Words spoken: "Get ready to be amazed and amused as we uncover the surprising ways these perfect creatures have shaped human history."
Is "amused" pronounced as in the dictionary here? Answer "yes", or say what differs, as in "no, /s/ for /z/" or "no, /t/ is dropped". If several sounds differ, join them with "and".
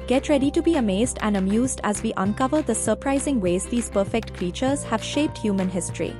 yes